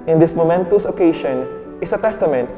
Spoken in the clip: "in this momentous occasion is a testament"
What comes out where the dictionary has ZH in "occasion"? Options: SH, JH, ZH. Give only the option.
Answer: SH